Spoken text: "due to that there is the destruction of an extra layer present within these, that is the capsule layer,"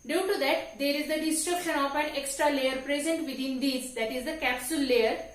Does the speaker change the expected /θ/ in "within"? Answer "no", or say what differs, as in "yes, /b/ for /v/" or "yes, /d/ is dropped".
yes, /t/ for /θ/